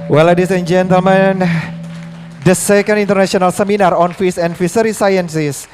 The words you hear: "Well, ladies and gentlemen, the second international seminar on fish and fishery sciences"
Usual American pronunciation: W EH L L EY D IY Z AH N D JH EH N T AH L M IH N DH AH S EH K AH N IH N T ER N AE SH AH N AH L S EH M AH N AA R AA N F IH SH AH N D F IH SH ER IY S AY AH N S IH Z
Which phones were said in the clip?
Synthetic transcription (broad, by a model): W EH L L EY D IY S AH N JH EH N T AH L M IH N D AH S EH K AH N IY N T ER N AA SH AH N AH L S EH M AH N AA R AA N F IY S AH N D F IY S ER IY S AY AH N S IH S